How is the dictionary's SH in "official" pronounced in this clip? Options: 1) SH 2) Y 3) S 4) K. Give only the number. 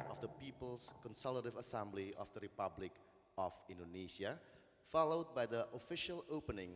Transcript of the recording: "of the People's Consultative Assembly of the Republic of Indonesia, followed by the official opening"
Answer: 1